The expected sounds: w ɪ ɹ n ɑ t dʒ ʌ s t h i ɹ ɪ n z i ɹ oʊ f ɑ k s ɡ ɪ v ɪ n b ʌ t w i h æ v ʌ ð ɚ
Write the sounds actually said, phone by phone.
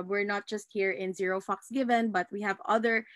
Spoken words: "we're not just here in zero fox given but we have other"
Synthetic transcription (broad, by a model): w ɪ ɹ n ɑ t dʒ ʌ s t h i ɹ ɪ n z i ɹ oʊ f ɑ k s ɡ ɪ v ɪ n b ʌ t w i h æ v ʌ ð ɚ